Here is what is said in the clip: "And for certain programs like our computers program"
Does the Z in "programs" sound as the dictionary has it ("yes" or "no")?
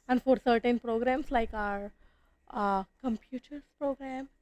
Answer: no